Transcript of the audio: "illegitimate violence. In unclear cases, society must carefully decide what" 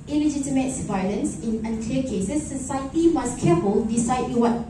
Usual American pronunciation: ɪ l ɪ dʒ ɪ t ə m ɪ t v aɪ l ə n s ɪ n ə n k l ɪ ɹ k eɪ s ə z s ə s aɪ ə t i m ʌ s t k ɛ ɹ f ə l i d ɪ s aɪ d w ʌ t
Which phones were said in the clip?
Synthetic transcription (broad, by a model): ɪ l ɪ dʒ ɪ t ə m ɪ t v aɪ l ə n s ɪ n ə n k l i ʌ k eɪ s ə s ə s aɪ ə t i m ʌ s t k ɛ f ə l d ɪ s aɪ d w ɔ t